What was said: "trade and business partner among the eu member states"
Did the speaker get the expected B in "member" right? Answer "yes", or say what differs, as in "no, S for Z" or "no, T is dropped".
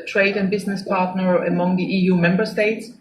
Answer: yes